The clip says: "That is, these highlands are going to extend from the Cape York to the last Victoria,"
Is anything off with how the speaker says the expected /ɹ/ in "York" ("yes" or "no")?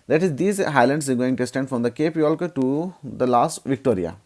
yes